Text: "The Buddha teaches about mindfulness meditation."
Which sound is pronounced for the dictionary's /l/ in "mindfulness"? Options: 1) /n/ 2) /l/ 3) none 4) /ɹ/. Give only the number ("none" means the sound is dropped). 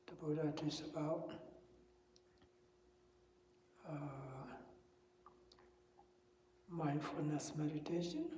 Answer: 3